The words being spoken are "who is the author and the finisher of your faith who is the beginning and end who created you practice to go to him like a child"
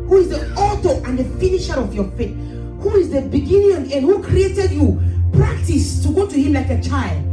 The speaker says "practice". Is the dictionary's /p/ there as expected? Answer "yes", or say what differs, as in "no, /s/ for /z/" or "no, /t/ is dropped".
yes